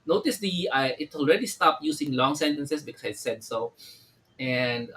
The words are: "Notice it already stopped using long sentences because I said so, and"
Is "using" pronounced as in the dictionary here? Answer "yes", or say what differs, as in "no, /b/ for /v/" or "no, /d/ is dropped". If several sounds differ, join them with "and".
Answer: no, /s/ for /z/